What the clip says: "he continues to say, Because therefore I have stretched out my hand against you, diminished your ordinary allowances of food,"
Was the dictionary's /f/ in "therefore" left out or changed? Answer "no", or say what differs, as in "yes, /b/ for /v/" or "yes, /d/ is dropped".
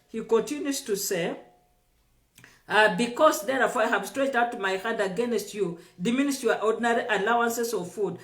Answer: yes, /f/ is dropped